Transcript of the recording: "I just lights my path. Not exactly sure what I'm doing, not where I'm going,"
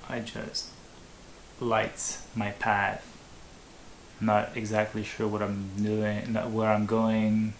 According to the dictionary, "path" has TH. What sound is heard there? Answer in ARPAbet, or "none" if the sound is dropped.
TH